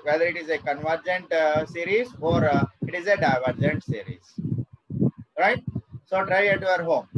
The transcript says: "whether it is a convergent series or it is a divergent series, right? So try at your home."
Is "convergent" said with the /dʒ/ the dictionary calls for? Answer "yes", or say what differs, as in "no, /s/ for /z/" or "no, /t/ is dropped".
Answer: yes